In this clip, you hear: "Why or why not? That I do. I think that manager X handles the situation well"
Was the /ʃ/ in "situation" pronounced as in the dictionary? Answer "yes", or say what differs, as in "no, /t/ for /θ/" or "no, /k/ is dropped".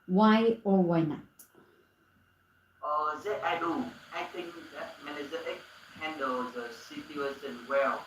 no, /s/ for /ʃ/